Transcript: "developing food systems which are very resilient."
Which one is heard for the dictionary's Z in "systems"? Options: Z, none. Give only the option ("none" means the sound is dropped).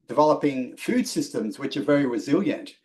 Z